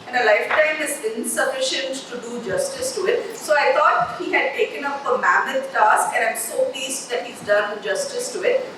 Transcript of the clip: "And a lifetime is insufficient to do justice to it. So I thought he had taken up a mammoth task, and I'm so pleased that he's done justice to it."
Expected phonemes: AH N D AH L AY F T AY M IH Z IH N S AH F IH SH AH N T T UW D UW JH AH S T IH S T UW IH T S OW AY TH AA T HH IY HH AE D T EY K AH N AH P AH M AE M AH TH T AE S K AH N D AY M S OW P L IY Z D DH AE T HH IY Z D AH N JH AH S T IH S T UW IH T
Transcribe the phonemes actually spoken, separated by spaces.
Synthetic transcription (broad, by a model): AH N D AH L AY F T AY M IH Z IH N S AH F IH SH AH N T T UW D UW JH AH S T IH S T UW IH T S OW AY T AA T HH IY HH AE D T EY K AH N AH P AH M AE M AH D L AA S AH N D AY M S OW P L IY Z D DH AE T HH IY Z D AH N JH AH S T IH S T UW IH T